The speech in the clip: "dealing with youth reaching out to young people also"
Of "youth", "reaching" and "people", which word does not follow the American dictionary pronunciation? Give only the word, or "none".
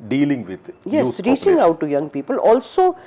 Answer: youth